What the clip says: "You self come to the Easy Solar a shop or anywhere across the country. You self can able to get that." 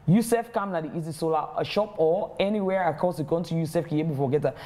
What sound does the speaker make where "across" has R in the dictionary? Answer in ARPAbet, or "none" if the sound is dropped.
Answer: none